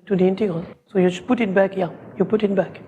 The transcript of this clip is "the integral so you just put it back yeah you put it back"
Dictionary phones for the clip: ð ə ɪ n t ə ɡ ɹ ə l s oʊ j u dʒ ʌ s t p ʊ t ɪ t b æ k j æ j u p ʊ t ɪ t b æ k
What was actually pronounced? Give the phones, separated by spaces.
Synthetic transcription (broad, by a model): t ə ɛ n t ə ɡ ə s oʊ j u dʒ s p ʊ t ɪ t b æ k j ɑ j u p ʊ t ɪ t b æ k